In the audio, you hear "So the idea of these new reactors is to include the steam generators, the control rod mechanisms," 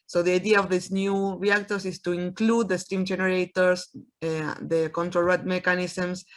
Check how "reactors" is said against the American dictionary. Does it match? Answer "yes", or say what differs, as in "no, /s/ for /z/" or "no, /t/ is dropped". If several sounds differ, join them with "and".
no, /s/ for /z/